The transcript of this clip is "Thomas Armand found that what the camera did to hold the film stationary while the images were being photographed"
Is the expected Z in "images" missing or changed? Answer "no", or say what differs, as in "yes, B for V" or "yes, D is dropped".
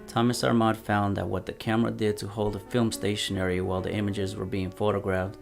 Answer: no